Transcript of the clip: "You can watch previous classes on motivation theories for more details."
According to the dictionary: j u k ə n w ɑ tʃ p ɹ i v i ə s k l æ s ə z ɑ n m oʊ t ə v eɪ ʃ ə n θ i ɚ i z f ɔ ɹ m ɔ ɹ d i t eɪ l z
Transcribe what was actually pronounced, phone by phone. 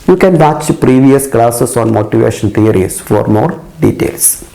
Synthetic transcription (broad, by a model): j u k ə n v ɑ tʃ p ɹ i v i ə s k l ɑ s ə s ɑ n m oʊ t ə v eɪ ʃ ə n t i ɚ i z f ɔ ɹ m ɔ ɹ d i t eɪ l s